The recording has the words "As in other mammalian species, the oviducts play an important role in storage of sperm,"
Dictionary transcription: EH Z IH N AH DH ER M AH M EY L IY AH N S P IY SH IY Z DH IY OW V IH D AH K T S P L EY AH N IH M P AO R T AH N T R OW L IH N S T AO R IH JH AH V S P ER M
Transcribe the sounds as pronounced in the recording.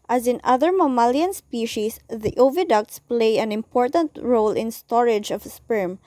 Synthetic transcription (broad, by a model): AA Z IH N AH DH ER M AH M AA L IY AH N S P IY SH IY S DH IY OW V IH D AH K T S P L EY AH N IH M P AO R T AH N T R OW L IH N S T AO R IH JH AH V S P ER M